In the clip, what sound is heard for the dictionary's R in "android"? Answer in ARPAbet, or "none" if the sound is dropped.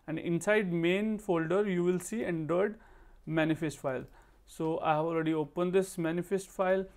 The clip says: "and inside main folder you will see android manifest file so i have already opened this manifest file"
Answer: none